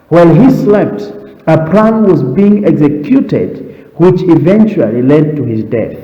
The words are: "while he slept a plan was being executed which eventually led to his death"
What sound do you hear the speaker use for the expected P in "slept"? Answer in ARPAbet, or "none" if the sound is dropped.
P